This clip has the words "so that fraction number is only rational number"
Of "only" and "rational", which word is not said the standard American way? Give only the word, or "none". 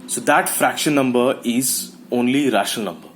rational